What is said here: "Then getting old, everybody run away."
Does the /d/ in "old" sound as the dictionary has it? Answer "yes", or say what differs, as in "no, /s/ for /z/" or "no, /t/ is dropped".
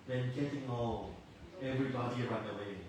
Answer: no, /d/ is dropped